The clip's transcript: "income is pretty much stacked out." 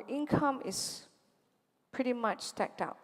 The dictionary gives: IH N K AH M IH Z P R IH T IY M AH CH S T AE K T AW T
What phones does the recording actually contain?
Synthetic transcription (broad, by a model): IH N K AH M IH S P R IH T IY M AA CH S T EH K T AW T